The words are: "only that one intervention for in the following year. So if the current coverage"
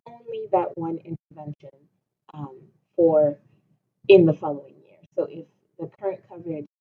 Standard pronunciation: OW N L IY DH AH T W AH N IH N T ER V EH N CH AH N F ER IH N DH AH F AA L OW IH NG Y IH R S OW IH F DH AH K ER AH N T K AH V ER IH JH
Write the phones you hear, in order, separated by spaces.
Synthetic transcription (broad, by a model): OW N L IY DH AH T W AH N IH N T ER V EH N SH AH N F ER IH N DH AH F AA L OW IH NG Y IH R S OW IH F DH AH K ER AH N K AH V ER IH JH